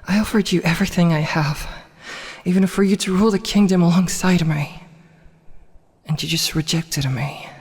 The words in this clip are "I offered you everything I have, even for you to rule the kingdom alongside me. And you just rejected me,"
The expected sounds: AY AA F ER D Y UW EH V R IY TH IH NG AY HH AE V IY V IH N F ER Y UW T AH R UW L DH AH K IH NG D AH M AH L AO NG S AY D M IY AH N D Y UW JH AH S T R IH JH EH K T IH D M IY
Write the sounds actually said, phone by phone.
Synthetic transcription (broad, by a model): AY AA F ER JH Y EH V R IY TH IH NG AY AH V IY V IH N F ER Y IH T AH R UW L DH AH K IH NG D AH M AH L AO NG S AY D M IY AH N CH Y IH JH AH S T R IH JH EH K T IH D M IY